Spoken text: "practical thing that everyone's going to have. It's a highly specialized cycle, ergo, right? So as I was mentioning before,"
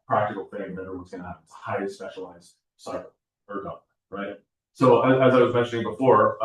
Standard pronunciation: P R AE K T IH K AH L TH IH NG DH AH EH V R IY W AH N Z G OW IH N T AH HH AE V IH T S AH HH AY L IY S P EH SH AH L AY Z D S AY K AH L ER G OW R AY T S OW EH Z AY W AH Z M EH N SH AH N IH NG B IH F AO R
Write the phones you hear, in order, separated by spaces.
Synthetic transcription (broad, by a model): P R AE K T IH K L TH IH NG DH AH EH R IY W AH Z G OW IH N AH HH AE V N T AH HH AY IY S P EH SH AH L AY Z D S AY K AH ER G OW R AY T S OW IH Z AY W AH Z M EH N SH AH N IH NG B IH F AO R